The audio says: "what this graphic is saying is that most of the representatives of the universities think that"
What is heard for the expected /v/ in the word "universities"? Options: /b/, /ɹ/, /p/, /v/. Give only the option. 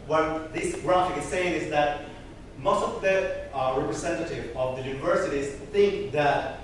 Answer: /v/